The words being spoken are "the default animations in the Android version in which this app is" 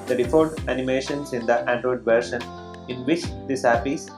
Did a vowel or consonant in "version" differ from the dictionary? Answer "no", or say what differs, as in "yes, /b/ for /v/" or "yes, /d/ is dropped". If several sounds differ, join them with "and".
yes, /ʃ/ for /ʒ/